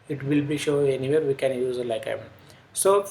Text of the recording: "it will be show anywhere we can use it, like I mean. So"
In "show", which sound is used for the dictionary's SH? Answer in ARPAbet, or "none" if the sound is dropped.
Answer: SH